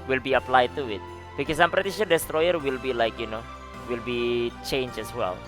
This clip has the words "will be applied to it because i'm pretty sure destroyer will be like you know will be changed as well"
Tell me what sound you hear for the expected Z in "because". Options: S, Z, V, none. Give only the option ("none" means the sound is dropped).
S